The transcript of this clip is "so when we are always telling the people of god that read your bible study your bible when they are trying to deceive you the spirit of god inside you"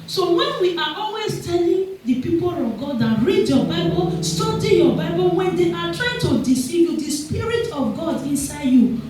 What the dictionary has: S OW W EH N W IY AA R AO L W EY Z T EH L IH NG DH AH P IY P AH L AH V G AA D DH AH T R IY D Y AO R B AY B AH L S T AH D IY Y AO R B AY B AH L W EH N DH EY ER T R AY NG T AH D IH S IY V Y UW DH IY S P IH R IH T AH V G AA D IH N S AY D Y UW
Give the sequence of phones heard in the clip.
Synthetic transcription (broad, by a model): S OW W EH N W IY AA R AO L W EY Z T EH L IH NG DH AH P IY P AH L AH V G AA D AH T R IY D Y AO B AY B AH L S T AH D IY Y AO B AY B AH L W EH N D EY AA T R AY NG T AH D IH S IY V Y UW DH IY S P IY R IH T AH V G AA D IH N S AY D Y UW